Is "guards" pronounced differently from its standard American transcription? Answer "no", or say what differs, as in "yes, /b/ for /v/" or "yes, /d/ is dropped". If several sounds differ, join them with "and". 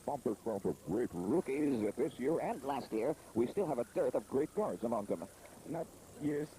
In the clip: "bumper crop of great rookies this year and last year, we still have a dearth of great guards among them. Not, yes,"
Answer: no